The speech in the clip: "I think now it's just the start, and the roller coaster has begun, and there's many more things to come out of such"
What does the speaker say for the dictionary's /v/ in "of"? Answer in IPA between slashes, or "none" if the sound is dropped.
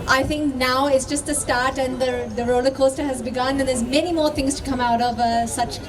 /v/